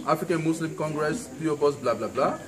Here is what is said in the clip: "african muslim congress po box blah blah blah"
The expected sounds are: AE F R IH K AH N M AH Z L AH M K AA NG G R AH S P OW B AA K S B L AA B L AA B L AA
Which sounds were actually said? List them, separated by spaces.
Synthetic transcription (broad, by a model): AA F R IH K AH N M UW S L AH M K AA NG G R AH S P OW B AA S B L AA B L AA B L AA